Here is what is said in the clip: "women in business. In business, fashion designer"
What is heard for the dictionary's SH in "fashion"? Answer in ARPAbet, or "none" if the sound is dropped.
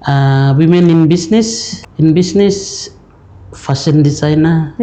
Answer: S